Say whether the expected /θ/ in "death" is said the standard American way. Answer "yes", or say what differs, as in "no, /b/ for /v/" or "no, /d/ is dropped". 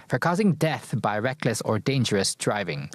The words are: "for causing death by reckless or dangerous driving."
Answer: yes